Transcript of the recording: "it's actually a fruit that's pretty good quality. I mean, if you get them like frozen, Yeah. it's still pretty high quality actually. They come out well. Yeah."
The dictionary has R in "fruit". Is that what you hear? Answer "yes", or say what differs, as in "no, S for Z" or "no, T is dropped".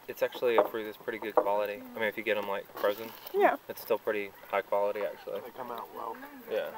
yes